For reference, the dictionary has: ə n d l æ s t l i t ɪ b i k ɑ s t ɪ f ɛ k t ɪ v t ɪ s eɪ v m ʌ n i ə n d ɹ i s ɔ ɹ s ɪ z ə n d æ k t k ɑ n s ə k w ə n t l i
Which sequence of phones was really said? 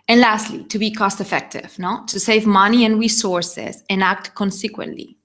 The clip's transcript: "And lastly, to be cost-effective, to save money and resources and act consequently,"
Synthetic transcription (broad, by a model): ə n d l æ s t l i t ɪ b i k ɑ s t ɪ f ɛ k t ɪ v t ɪ s eɪ v m ʌ n i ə n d ɹ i s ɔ ɹ s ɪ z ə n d æ k t k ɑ n s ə k w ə n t l i